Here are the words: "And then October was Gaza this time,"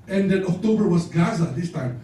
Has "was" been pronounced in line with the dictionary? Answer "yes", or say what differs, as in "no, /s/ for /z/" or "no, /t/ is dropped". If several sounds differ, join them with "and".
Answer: no, /s/ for /z/